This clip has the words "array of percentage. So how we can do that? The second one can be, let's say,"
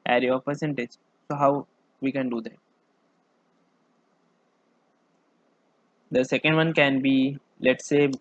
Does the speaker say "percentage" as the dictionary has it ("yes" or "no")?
yes